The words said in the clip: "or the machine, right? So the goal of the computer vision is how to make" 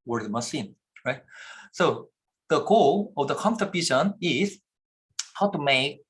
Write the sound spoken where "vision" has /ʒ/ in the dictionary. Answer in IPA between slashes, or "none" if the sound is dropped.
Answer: /ʃ/